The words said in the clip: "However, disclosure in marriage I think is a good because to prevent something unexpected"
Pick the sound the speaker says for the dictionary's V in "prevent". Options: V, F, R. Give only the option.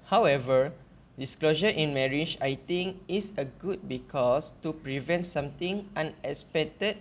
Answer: V